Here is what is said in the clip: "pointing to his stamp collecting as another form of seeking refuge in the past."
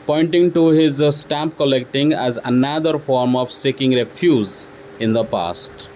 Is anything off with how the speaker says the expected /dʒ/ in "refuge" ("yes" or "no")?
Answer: yes